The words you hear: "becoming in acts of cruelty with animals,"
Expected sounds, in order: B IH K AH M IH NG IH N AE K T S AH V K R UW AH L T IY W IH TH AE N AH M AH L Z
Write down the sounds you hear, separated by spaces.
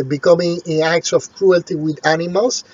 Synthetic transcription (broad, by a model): B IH K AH M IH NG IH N AE K T S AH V K R UW AH L T IY W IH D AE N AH M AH L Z